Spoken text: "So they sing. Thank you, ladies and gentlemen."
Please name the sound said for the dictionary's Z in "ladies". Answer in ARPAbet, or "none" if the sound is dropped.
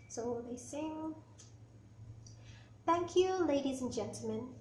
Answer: Z